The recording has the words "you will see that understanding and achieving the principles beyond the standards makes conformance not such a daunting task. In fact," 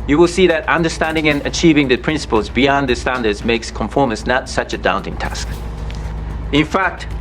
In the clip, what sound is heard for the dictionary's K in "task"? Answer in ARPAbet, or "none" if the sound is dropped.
K